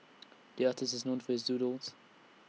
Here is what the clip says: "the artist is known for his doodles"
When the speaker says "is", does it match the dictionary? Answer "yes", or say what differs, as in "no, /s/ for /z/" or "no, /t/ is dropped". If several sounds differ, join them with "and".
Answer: yes